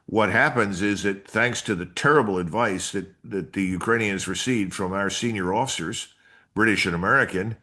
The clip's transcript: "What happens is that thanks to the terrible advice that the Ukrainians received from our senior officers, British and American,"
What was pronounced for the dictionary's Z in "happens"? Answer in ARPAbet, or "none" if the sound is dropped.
Z